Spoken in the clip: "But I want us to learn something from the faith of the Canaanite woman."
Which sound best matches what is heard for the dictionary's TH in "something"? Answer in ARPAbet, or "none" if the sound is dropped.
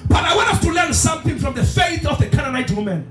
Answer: TH